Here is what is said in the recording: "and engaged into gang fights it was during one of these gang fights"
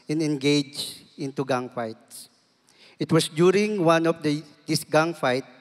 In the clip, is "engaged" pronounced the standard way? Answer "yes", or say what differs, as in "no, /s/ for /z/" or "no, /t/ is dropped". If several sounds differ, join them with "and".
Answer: no, /d/ is dropped